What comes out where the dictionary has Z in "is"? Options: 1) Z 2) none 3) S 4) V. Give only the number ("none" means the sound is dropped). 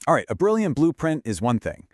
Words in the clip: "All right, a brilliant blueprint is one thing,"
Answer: 1